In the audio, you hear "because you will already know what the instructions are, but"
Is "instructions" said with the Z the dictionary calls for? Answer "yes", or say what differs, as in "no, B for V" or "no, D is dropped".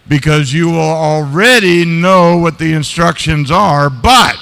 yes